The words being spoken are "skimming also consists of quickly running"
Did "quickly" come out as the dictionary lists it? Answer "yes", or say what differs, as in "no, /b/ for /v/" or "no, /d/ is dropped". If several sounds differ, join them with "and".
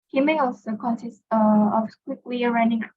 no, /w/ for /l/